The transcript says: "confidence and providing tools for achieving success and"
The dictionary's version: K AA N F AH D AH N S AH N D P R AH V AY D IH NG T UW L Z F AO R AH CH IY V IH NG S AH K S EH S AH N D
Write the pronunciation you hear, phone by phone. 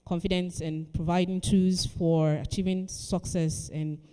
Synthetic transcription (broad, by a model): K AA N F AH D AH N S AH N P R AH V AY D IH NG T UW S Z F AO R AH CH IY V IH NG S AH K S EH S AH N